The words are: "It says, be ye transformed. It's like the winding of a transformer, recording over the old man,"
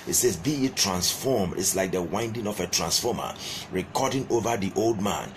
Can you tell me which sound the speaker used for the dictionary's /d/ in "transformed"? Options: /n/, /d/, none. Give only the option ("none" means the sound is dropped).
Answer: none